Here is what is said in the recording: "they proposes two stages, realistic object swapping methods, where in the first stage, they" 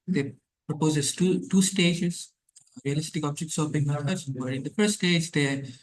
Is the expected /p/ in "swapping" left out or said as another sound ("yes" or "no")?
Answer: yes